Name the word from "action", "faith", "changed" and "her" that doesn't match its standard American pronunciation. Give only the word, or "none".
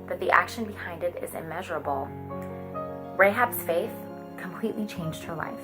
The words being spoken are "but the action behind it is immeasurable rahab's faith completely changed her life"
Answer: none